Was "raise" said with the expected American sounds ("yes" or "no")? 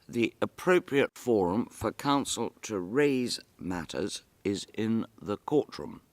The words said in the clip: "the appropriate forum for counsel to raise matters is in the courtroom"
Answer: yes